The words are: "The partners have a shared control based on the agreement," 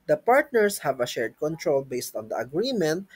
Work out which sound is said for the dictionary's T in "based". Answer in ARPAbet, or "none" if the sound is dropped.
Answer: T